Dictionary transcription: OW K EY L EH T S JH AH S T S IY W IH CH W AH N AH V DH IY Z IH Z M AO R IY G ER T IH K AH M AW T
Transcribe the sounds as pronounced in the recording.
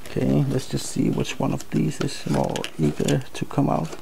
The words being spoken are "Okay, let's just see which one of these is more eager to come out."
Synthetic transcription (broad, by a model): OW K EY L EH T S JH AH S T S IY W IH CH W AH N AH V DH IY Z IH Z M AO R IY G ER T IH K AH M AW T